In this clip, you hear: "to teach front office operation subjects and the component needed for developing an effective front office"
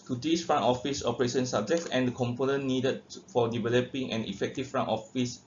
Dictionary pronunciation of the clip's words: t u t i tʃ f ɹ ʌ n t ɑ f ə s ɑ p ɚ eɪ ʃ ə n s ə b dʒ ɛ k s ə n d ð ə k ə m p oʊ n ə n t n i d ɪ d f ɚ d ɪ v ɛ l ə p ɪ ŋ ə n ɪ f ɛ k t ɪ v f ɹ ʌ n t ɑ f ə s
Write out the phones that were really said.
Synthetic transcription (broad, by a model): t u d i s f ɹ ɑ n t ɑ f ə s ɑ p ɚ eɪ ʃ ə n s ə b dʒ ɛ k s ə n d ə k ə m p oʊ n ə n n i d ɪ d f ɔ d ɪ v ɛ l ə p ɪ ŋ ə n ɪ f ɛ k t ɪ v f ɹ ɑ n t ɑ f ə s